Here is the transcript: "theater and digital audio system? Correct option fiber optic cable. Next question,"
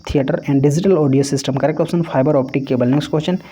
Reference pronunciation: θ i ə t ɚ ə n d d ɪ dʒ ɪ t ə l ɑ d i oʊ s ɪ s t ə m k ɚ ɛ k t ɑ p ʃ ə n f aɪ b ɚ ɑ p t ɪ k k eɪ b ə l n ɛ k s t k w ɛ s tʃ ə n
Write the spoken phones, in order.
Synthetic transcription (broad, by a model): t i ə t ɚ ə n d d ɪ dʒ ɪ t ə l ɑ d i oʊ s ɪ s t ə m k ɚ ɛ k ɑ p s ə n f aɪ b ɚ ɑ p t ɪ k k eɪ b ə l n ɛ k s t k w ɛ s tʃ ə n